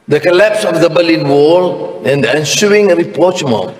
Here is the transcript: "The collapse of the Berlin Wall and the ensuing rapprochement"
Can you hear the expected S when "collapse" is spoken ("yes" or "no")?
yes